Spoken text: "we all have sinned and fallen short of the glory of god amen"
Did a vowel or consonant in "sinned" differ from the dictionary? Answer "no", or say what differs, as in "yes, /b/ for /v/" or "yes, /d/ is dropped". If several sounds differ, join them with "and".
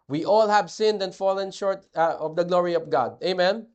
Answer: no